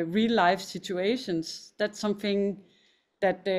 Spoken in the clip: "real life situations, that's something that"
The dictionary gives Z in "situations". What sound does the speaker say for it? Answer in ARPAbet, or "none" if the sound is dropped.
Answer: S